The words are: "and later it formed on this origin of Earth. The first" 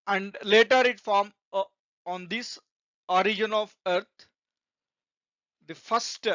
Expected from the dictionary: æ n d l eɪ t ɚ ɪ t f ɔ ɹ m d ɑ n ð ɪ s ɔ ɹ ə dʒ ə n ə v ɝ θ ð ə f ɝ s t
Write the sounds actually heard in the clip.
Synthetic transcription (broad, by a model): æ n d l eɪ t ɚ ɪ t f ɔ ɹ m ɑ n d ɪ s ɔ ɹ ə dʒ ə n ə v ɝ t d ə f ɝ s t